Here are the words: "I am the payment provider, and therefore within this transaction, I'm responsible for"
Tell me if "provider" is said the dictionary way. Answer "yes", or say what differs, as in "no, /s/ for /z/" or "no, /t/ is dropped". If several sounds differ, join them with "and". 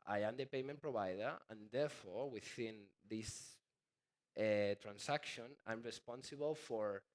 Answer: no, /b/ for /v/